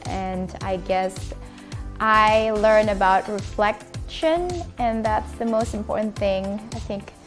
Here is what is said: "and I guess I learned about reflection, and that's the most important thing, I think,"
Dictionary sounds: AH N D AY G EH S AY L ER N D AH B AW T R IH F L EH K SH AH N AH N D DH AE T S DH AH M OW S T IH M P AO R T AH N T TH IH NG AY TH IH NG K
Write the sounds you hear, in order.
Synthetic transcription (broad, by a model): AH N AY G EH S AY L ER N AH B AW T R IH F L EH K SH AH N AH N DH AE T S DH AH M OW S T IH M P AO R T N TH IH NG AY TH IH NG K